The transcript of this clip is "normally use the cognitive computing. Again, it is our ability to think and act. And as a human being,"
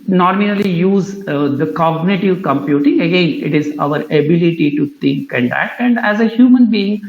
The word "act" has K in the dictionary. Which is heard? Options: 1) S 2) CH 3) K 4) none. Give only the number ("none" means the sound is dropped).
4